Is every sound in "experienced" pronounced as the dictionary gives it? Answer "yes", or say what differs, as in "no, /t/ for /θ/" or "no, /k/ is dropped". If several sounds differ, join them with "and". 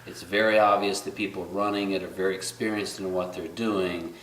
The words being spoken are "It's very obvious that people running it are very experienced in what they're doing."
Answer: yes